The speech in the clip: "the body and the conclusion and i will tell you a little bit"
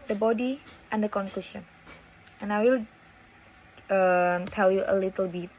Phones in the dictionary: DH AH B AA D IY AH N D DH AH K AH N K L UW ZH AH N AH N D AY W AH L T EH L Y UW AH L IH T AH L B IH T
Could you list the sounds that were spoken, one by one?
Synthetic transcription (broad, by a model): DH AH B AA D IY AH N D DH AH K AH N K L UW SH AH N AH N AY W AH L T EH L Y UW AH L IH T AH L B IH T